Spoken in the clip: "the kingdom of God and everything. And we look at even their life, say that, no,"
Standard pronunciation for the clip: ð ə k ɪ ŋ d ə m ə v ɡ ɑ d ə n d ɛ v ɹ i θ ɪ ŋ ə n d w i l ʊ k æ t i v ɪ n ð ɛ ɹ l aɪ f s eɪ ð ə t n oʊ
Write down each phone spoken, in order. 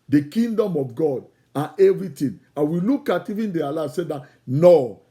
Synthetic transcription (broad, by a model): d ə k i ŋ d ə m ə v ɡ ɑ d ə n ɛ v ɹ i t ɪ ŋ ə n w i l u k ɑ t i v ɪ n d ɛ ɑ l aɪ s eɪ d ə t n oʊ